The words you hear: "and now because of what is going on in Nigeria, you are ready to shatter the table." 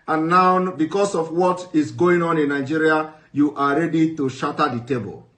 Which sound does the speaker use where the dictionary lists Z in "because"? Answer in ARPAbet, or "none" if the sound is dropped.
S